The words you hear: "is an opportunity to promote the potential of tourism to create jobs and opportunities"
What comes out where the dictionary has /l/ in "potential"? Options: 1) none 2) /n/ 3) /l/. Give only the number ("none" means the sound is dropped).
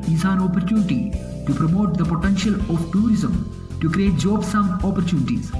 3